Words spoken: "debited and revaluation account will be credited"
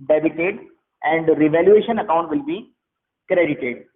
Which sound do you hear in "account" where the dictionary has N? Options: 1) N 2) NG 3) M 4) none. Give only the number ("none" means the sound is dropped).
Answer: 1